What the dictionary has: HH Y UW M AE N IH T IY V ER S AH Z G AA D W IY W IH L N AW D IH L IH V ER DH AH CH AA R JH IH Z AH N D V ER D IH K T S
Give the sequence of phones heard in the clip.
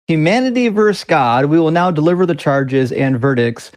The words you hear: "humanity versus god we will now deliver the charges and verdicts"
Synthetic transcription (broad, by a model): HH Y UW M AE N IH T IY V ER S G AA D W IY W IH L N AW D IH L IH V ER DH AH CH AA R JH IH Z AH N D V ER D IH K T S